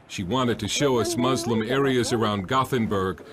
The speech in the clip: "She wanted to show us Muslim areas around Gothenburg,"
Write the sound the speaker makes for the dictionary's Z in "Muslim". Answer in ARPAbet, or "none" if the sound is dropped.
Z